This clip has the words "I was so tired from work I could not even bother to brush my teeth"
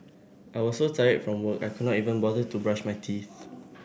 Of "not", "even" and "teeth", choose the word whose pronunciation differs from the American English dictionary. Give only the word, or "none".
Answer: none